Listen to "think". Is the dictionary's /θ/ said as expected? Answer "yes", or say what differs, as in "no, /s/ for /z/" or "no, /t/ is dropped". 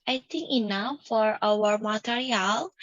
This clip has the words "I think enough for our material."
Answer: no, /t/ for /θ/